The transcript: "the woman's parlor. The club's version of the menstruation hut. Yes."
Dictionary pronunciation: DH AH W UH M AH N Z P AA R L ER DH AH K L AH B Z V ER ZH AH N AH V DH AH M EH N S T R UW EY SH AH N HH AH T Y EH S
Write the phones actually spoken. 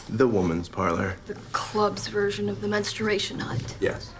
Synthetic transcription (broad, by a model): DH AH W UH M AH N Z P AA R L ER DH AH K L AH B Z V ER ZH AH N AH V DH AH M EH N S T R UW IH SH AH N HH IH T Y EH S